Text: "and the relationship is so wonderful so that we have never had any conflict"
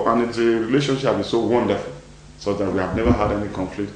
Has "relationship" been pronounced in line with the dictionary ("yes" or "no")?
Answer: no